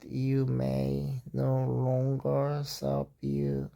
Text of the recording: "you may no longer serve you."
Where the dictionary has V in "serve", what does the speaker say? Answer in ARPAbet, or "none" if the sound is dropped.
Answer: P